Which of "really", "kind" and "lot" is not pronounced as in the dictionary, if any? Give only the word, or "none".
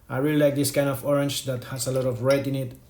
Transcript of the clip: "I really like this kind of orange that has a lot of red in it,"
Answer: none